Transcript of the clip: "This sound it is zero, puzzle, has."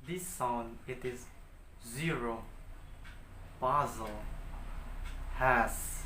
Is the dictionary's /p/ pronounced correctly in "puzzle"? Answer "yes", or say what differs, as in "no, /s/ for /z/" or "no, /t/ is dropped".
no, /b/ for /p/